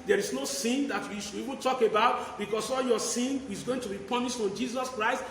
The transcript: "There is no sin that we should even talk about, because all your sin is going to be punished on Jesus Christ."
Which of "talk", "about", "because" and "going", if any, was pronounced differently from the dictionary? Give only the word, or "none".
because